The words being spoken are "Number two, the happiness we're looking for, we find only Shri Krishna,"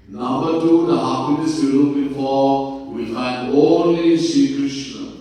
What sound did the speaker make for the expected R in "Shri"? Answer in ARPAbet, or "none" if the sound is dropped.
none